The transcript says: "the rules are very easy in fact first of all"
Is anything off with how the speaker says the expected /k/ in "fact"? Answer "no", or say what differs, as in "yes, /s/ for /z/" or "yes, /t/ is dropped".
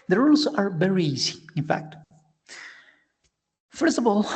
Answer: no